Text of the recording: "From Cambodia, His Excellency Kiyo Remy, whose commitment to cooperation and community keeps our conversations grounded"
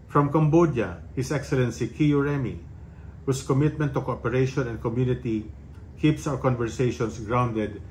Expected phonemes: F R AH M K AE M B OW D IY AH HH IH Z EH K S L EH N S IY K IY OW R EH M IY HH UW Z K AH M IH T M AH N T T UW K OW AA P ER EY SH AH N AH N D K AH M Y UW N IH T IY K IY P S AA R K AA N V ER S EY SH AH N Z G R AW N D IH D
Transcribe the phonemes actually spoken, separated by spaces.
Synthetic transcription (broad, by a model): F R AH M K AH M B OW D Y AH HH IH S EH K S L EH N S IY K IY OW R EH M IY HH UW S K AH M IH T M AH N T T UW K OW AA P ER EY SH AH N AH N D K AH M Y UW N IH T IY K IY P S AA W K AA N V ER S EY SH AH N S G R AW N D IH D